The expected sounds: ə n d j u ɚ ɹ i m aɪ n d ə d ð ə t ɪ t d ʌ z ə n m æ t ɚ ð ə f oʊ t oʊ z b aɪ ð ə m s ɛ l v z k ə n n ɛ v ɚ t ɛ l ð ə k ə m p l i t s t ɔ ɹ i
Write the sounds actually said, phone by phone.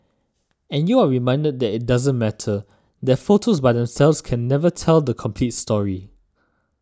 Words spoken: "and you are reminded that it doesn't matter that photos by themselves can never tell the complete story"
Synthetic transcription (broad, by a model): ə n j u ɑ ɹ i m aɪ n d ə d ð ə t ɪ t d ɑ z ə n m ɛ t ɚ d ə f oʊ t oʊ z b aɪ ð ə m s ɛ l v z k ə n n ɛ v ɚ t ɛ l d ə k ə m p l i t s t ɔ ɹ i